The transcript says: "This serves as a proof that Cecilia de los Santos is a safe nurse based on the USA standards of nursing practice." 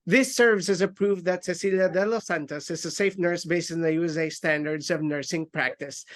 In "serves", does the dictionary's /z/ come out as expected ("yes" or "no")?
no